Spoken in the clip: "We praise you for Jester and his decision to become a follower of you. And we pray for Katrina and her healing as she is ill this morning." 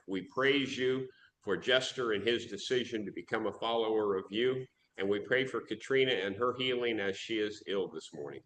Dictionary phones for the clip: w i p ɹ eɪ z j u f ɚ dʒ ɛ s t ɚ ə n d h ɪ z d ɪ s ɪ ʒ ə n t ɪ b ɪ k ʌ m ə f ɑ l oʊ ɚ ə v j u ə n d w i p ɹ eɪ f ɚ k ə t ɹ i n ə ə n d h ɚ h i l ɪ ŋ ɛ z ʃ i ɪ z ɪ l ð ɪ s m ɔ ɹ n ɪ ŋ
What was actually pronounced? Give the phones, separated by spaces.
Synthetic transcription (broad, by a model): w i p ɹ eɪ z j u f ɚ dʒ ɛ s t ɚ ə n ɪ z d ɪ s ɪ ʒ ə n t ɪ b ɪ k ʌ m ə f ɑ l oʊ ɚ ə v j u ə n w i p ɹ eɪ f ɚ k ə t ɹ i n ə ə n ɚ h i l ɪ ŋ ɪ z ʃ i ɪ z ɪ l ð ɪ s m ɔ ɹ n ɪ ŋ